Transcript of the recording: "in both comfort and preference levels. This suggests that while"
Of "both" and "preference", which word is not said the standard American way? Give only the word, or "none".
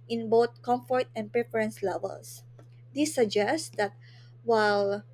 both